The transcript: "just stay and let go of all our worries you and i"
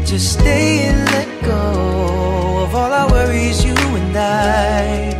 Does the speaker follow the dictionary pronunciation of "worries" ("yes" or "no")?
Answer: yes